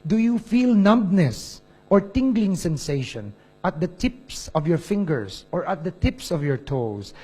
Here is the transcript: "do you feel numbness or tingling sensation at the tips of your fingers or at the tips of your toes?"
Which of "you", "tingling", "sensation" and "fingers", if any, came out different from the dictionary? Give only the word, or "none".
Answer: fingers